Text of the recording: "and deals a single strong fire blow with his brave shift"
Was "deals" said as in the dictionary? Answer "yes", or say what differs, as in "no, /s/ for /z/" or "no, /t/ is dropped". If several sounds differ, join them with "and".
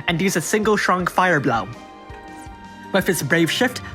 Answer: no, /l/ is dropped